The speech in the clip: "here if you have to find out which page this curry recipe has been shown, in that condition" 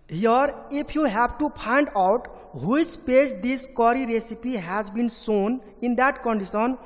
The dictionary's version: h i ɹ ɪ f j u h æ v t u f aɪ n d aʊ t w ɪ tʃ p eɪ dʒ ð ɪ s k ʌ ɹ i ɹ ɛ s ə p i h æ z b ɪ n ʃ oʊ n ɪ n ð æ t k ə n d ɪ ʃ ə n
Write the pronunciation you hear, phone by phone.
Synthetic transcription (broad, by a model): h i ɹ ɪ p j u h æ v t u p aɪ n d aʊ t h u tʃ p eɪ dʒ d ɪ s k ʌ ɹ i ɹ ɛ s ə p i h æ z b ɪ n s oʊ n ɪ n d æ t k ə n d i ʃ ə n